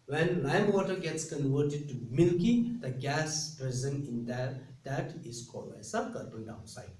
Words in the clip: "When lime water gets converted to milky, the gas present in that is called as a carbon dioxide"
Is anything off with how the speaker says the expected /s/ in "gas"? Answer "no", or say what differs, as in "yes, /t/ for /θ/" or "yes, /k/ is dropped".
no